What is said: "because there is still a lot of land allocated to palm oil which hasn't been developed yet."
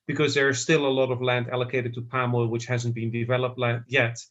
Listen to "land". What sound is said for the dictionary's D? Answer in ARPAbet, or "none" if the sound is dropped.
D